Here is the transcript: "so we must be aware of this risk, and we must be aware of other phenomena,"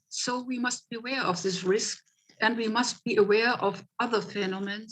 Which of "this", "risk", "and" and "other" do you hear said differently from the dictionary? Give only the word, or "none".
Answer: none